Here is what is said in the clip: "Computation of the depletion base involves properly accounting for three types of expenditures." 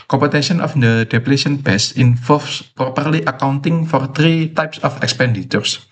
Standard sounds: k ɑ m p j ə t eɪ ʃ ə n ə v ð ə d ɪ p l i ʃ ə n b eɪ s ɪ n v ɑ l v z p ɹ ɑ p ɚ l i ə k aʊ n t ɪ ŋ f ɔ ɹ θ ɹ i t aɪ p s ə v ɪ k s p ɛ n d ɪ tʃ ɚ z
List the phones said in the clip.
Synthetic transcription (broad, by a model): k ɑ m p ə t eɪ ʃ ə n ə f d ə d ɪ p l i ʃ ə n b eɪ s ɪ n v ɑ l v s p ɹ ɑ p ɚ l i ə k aʊ n t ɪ ŋ f ɔ ɹ t ɹ i t aɪ p s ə f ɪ k s p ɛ n d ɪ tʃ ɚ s